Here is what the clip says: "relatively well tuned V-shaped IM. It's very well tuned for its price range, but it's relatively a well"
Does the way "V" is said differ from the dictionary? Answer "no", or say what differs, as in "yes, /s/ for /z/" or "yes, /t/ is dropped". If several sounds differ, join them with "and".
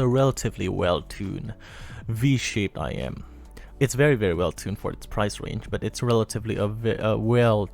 no